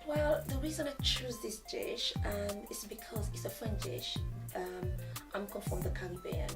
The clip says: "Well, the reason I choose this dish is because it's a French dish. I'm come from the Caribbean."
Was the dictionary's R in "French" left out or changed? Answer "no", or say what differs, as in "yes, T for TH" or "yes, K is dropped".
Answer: yes, R is dropped